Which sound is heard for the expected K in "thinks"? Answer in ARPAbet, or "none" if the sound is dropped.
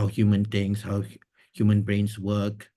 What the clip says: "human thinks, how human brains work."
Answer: none